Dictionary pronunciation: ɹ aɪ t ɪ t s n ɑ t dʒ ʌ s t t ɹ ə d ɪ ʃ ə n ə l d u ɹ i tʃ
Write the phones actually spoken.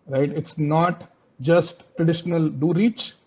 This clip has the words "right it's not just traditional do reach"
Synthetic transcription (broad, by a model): ɹ aɪ t ɪ t s n ɑ t dʒ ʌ s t t ɹ ə d ɪ ʃ ə n ə l d u ɹ i tʃ